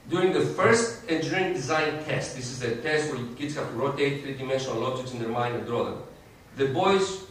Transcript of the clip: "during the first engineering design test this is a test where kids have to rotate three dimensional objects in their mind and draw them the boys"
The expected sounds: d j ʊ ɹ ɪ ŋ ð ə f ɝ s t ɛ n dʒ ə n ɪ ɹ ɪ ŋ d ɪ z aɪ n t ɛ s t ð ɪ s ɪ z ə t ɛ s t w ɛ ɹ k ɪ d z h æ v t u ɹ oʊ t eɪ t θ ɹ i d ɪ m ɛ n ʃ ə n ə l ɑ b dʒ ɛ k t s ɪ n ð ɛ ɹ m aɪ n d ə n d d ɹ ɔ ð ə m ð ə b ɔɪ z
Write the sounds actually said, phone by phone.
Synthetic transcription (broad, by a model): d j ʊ ɹ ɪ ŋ ð ə f ɝ s t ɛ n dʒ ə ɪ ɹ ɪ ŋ d ɪ z aɪ n t ɛ s t ð ɪ s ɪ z ə t ɛ s t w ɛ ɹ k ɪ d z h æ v t u ɹ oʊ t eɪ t θ ɹ i d ɪ m ɛ n ʃ ə n ə l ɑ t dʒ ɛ t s ɪ n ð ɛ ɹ m aɪ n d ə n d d ɹ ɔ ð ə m ð ə b ɔɪ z